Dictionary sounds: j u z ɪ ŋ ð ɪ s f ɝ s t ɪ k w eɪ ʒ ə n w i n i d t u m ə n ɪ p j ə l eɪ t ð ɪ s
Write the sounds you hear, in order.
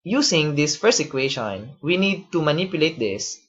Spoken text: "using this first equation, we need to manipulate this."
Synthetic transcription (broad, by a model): j u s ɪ ŋ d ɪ s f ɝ s ɪ k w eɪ ʃ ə n w i n i d t u m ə n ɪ p j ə l eɪ t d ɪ s